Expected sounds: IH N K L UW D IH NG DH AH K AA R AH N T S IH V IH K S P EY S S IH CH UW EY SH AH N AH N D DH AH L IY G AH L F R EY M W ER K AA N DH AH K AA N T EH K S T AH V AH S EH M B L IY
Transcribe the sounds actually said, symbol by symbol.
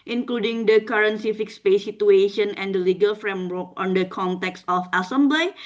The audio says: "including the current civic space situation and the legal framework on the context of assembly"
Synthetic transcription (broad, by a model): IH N K L UW D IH NG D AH K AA R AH N S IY F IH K S P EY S S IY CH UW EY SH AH N AH N D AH L IY G AH L F R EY M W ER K AA N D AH K AA N T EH K S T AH F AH S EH M B L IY